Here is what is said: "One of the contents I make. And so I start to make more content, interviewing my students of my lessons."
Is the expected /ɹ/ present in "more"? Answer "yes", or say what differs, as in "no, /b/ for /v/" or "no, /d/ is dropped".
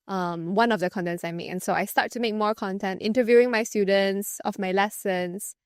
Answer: yes